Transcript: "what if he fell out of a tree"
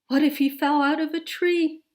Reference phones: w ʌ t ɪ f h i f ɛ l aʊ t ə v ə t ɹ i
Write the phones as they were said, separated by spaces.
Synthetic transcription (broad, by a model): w ʌ t ɪ f h i f ɛ l aʊ t ə v ə t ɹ i